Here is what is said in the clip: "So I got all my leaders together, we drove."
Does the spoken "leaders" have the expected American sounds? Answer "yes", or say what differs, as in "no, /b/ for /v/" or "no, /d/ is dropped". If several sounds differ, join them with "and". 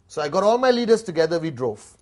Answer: no, /s/ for /z/